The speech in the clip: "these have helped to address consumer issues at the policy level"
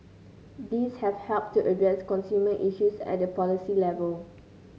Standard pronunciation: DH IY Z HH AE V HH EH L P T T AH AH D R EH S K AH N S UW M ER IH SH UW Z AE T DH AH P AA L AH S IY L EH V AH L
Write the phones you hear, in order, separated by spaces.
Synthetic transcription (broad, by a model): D IY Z HH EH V HH EH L P T T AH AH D EH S K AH N S UW M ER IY SH UW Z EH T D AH P AA L AH S IY L EH V AH L